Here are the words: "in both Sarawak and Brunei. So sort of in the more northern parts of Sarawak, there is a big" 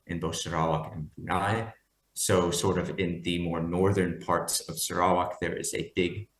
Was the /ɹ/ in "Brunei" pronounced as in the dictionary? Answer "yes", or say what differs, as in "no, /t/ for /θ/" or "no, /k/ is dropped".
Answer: no, /ɹ/ is dropped